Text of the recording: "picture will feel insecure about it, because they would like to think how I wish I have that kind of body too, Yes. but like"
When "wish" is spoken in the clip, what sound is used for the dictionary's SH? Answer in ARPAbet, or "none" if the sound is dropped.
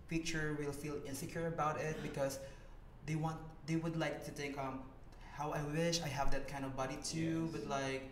SH